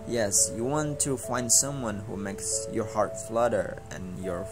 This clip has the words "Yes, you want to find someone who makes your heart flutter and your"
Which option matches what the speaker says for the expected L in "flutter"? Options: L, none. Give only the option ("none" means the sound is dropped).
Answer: L